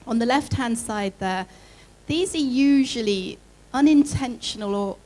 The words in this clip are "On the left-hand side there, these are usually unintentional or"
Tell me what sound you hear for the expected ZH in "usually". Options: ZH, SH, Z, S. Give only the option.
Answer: ZH